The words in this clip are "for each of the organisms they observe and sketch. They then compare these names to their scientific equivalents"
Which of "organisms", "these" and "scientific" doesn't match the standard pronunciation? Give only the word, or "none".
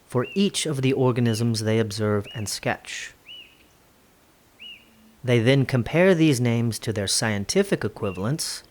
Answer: none